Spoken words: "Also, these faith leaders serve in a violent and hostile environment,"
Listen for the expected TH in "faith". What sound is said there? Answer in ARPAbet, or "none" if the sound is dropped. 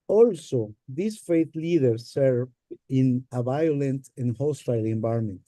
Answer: T